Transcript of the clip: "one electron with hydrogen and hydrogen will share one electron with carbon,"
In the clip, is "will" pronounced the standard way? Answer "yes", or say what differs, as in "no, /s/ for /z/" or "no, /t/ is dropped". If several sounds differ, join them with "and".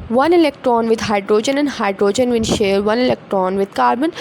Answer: no, /n/ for /l/